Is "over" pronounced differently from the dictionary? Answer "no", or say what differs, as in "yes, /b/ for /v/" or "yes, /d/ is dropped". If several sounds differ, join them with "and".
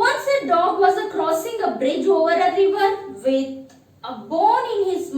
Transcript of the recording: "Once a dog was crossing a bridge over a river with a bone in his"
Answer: no